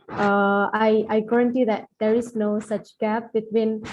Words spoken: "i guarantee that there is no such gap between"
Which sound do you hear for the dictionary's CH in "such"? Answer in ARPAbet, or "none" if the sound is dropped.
CH